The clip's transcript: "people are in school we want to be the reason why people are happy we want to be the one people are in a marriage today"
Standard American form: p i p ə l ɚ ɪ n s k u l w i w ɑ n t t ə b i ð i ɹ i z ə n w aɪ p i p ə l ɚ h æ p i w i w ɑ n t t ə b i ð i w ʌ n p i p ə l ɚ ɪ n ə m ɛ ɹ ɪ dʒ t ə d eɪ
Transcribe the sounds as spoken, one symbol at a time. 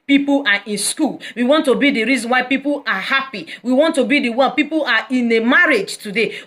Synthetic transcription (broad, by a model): p i p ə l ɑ ɪ n s k u l w i w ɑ n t t ə b i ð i ɹ i z ə n w aɪ p i p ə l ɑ h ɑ p i w i w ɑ n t t ə b i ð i w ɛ l p i p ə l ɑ ɪ n ə m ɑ ɹ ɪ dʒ t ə d eɪ